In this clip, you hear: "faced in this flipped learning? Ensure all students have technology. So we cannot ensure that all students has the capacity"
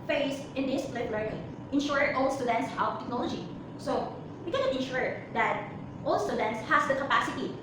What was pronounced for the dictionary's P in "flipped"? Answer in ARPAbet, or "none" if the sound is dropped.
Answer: none